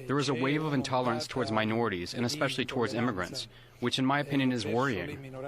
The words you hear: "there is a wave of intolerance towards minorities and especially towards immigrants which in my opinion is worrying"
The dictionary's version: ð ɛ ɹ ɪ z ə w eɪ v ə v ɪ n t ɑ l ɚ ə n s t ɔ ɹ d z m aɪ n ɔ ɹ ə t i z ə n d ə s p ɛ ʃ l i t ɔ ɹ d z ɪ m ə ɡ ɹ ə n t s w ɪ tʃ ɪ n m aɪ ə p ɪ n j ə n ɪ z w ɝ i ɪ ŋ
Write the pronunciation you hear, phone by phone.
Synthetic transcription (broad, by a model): ð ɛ ɹ ɪ z ə w eɪ v ə v ɪ n t ɑ l ɚ ə n s t ɔ ɹ d z m aɪ n ɔ ɹ ə t i z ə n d ə s p ɛ ʃ l i t ɔ ɹ d z ɪ m ə ɡ ɹ ə n t s w ɪ tʃ ɪ n m aɪ ə p ɪ n j ə n ɪ z w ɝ i ɪ ŋ